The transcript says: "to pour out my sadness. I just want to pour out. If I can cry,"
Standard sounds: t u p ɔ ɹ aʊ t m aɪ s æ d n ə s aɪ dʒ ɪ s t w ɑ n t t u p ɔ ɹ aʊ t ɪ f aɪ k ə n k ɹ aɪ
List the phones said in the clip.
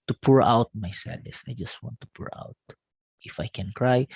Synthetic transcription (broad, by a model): t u p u ɹ aʊ t m aɪ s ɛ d ə s aɪ dʒ ɪ s t w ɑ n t t u p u ɹ aʊ t ɪ f aɪ k ə n k ɹ aɪ